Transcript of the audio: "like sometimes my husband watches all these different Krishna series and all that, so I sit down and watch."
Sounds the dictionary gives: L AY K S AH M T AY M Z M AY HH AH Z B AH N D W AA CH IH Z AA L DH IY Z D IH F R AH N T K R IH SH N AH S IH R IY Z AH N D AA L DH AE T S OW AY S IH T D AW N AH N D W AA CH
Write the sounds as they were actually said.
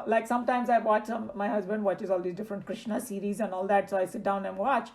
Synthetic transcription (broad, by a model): L AY K S AH M T AY M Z M AY HH AH Z B AH N D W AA CH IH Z AA L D IY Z D IH F R AH N T K R IH SH N AH S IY R IY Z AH N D AA L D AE T S OW AY S IH T D AW N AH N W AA CH